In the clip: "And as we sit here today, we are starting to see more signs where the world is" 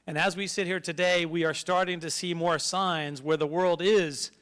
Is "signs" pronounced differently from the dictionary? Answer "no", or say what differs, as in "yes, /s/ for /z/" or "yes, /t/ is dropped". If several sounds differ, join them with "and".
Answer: no